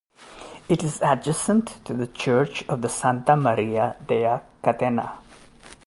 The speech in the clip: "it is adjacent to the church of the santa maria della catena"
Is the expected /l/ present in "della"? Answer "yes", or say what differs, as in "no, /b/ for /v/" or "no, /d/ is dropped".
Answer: no, /l/ is dropped